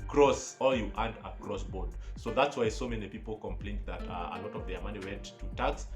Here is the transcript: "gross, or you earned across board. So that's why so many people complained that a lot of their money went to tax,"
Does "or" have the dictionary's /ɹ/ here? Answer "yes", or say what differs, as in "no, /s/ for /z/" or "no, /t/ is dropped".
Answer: no, /l/ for /ɹ/